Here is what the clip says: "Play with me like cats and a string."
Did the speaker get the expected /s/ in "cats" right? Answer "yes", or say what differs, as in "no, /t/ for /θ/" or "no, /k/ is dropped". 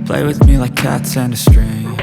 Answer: yes